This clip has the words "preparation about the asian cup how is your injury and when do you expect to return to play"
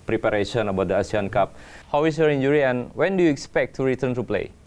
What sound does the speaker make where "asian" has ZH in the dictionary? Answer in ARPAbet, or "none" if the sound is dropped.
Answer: S